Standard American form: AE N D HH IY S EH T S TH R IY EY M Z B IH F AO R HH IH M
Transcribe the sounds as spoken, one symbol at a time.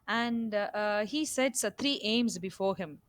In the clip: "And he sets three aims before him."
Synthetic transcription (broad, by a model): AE N D HH IY S EH T S T R IY EY M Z B IH F AO R HH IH M